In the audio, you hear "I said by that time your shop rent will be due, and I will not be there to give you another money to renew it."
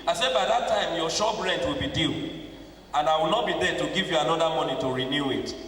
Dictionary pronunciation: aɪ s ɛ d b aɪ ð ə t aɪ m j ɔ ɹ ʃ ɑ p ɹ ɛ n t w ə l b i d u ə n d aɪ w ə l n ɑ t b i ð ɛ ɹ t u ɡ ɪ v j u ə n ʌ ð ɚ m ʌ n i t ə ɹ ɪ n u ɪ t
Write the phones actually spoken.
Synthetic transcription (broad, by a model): aɪ s ɛ d b aɪ ð ə t aɪ m j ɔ ʃ ɑ b ɹ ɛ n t w ə l b i d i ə n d aɪ w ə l n ɑ t b i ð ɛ t u ɡ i v j u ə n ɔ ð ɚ m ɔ n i t ə ɹ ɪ n u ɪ t